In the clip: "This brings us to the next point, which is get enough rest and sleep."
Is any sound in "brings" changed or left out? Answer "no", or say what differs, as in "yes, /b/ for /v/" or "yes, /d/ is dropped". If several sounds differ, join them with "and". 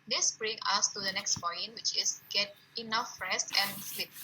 yes, /z/ is dropped